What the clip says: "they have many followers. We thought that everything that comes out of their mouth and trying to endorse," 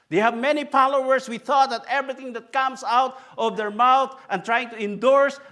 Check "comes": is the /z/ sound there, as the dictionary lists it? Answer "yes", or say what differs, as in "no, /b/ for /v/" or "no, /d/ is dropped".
no, /s/ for /z/